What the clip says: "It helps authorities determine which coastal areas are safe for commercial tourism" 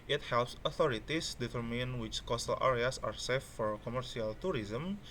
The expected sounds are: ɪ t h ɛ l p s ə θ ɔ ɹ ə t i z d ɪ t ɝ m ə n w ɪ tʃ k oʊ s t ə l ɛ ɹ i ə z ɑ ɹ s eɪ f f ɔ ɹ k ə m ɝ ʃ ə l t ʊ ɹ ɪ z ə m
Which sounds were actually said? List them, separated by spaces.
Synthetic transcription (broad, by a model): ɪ t h ɛ l p s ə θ ɔ ɹ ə t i s d ɪ t ɝ m ə n w ɪ tʃ k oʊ s t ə l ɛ ɹ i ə s ɑ ɹ s eɪ f f ɔ ɹ k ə m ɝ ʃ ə l t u ɹ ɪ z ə m